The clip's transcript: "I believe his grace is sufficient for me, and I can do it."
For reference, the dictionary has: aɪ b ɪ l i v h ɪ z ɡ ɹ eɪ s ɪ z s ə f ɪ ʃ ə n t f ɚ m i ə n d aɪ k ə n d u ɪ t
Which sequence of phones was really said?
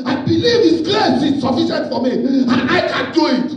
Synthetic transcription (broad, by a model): aɪ b ɪ l i v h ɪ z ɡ l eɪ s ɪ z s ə f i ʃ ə n t f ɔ m i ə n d aɪ k ə n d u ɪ t